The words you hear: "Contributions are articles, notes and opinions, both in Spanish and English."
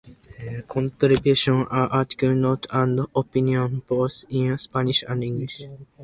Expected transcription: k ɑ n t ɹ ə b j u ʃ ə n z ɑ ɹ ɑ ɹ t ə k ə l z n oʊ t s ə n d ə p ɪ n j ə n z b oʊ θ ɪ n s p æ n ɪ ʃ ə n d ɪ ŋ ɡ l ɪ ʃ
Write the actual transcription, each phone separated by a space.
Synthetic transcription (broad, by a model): k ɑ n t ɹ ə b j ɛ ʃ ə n ɑ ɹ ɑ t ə k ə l n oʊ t ə n d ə p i n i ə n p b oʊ s ɪ n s p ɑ n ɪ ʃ ə n d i ŋ ɡ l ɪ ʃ